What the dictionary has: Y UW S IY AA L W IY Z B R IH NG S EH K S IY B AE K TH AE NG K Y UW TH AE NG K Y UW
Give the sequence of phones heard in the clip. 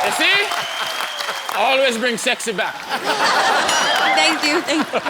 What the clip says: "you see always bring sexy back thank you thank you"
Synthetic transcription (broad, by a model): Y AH S IY AA L W IY Z B R IH NG S EH K S IY B AE K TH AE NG K Y UW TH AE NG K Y